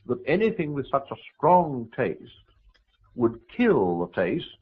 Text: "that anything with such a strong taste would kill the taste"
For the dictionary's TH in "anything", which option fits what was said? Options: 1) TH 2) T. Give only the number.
1